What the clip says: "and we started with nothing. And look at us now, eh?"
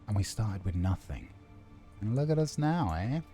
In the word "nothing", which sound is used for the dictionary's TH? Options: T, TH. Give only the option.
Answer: TH